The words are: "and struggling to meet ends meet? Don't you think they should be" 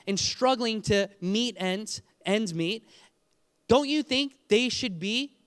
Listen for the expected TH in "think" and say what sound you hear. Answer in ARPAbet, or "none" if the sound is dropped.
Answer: TH